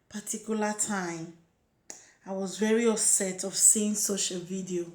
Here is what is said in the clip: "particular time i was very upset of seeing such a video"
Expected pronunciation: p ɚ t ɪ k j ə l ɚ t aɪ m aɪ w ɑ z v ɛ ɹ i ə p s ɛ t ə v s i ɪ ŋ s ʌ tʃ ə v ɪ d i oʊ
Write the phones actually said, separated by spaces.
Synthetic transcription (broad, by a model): p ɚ t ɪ k j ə l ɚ t aɪ m aɪ w ɑ z v ɛ ɹ i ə s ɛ t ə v s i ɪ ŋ s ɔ ʃ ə v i d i oʊ